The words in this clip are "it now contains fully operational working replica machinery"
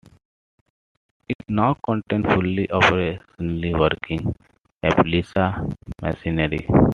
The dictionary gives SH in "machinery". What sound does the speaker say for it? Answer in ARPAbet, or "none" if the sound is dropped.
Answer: S